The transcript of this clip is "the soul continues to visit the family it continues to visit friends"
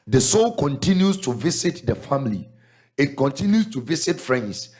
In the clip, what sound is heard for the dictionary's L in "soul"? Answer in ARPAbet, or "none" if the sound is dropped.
L